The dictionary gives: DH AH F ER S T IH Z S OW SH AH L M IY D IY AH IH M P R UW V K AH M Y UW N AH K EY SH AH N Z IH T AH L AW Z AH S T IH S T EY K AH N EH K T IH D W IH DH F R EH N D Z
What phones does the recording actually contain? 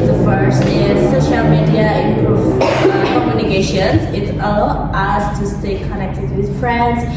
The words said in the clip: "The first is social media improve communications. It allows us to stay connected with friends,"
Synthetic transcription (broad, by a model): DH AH F ER S T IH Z S OW SH AH L M IY D IY AH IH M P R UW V K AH M Y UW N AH K EY SH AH N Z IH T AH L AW AH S T IH S T EY K AH N EH K T IH D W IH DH F R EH N D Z